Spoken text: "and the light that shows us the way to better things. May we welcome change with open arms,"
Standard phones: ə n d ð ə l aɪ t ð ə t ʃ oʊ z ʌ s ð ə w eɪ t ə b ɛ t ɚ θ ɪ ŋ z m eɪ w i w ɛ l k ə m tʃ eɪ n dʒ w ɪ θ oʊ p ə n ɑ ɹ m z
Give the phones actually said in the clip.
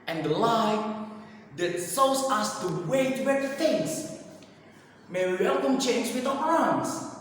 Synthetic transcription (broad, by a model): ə n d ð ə l aɪ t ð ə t s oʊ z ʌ s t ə w eɪ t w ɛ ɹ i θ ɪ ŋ s m eɪ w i w ɛ l k ə m tʃ eɪ n dʒ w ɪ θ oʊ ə ɑ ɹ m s